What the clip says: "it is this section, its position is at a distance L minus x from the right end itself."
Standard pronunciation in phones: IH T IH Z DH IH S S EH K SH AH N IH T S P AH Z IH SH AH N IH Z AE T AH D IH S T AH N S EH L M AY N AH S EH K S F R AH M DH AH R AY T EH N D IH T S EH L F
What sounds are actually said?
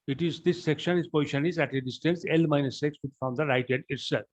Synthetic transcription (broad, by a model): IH T IH Z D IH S S EH K SH AH N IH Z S P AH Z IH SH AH N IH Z AE T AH D IH S T AH N S EH L M AY N AH S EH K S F R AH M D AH R AY T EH D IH T S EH L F